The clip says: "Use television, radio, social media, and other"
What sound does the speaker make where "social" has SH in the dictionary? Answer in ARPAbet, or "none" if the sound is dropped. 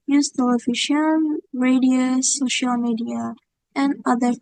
SH